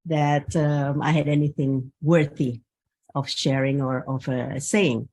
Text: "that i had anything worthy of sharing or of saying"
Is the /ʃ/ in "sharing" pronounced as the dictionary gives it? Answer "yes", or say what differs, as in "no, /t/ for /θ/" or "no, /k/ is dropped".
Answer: yes